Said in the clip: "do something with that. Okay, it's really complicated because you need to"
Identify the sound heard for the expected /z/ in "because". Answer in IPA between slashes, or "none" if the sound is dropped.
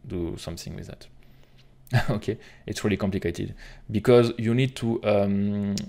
/z/